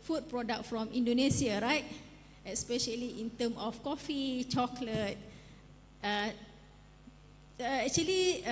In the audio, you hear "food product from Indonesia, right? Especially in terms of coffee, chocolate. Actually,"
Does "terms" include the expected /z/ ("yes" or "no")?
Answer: no